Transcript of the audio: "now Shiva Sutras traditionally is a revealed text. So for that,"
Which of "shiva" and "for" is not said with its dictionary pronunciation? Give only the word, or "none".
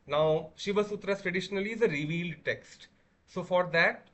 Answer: none